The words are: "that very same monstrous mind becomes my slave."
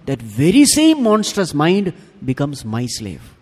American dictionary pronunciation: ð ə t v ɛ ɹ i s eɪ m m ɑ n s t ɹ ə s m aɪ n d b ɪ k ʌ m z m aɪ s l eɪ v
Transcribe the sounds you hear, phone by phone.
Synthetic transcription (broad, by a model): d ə t v ɛ ɹ i s eɪ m m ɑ n s t ə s m aɪ n d b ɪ k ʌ m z m aɪ s l eɪ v